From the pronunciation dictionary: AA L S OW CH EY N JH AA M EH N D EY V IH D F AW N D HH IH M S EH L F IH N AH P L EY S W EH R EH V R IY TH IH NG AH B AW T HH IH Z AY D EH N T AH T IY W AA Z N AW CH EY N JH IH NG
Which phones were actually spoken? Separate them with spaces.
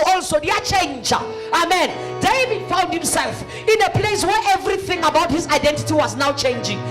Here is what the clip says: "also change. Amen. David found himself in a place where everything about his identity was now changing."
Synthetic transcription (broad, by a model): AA L S OW CH EY N JH AA M EH N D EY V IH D F AW N D HH IH M S EH L F IH N AH P L EY S W EH R EH V R IY TH IH NG AH B AW T HH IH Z AY D EH N T AH T IY W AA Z N AW CH EY N JH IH NG